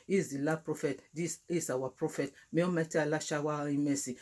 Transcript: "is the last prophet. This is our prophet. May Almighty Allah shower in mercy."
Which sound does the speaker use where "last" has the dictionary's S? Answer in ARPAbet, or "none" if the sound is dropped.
none